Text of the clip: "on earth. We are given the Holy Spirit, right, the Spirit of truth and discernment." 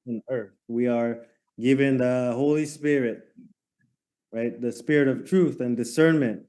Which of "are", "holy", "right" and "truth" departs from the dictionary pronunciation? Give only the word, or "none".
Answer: none